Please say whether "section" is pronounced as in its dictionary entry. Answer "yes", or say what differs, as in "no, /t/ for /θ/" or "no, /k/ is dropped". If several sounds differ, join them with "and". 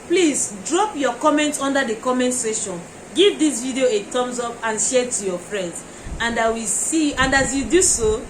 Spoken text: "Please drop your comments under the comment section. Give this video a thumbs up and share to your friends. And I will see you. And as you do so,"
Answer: no, /k/ is dropped